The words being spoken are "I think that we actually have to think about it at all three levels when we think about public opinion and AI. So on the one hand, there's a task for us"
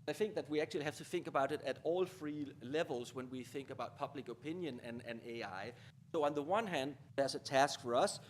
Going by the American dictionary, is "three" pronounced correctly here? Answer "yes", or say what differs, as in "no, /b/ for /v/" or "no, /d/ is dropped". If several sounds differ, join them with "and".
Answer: no, /f/ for /θ/